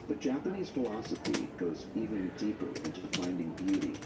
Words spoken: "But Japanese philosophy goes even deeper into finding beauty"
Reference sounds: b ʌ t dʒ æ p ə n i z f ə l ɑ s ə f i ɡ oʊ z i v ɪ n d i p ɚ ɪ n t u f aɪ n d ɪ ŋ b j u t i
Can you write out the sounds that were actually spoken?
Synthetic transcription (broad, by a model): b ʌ t dʒ æ p ə n i z f ə l ɑ s ə f i ɡ oʊ z i v ɪ n d i p ɚ ɪ n t u f aɪ n d ɪ ŋ b j u t i